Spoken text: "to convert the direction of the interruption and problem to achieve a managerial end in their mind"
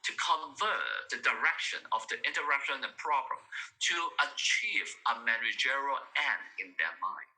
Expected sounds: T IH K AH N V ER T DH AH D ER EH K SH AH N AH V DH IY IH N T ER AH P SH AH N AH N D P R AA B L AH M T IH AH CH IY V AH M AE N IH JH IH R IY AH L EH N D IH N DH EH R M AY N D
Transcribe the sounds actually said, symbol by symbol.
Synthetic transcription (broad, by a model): T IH K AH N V ER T DH AH D ER EH K SH AH N AH V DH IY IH N T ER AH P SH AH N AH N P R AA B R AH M T IH AH CH IY V AH M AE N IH JH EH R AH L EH N IH N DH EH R M AY N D